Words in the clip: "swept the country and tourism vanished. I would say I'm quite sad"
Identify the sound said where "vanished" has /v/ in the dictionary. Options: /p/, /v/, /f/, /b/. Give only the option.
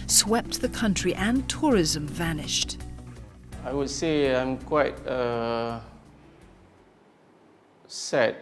/v/